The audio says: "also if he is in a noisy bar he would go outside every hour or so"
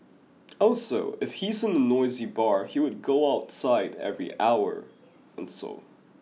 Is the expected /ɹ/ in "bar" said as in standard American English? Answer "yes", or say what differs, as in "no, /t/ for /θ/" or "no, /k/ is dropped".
yes